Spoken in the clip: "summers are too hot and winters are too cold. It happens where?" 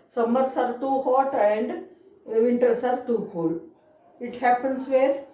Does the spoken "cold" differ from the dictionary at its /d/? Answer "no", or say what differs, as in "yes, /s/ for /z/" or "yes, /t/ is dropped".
yes, /d/ is dropped